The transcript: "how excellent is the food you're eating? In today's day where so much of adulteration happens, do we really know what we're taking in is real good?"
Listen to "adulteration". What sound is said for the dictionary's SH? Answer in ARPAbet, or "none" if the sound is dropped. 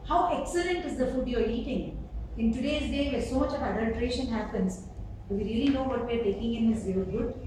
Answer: SH